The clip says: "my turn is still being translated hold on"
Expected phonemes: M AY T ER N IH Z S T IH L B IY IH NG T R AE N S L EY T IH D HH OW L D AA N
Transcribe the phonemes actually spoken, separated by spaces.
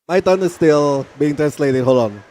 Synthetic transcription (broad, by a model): M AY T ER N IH S T IH L B IY IH NG T R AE N S L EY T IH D HH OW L AA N